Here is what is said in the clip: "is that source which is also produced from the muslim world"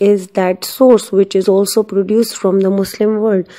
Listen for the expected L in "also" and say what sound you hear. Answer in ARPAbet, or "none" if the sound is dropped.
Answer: L